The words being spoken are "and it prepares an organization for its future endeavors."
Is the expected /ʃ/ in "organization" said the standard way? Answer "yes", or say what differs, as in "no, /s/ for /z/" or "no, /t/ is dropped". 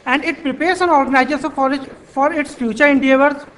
no, /s/ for /ʃ/